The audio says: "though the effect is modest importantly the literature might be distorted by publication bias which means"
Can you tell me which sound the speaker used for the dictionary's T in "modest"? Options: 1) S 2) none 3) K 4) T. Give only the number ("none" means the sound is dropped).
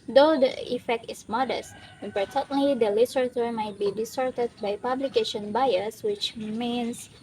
4